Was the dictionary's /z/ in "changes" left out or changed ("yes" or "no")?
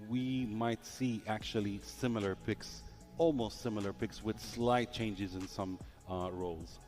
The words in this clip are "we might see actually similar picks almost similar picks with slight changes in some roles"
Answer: no